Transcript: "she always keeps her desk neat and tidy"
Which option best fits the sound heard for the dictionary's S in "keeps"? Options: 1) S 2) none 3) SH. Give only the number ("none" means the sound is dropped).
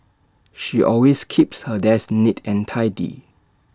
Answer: 1